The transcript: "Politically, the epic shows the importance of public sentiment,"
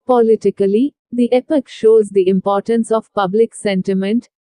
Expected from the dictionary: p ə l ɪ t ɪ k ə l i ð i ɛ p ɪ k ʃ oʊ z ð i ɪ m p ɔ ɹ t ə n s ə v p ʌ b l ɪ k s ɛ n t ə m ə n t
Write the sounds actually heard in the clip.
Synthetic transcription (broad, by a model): p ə l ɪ t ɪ k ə l i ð i ɛ p ɪ k ʃ oʊ z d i ɪ m p ɔ ɹ t ə n s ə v p ʌ b l ɪ k s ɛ n t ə m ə n t